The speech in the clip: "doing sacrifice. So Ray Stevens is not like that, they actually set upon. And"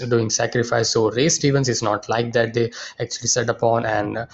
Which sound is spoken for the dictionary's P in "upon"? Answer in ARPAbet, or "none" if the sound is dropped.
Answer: P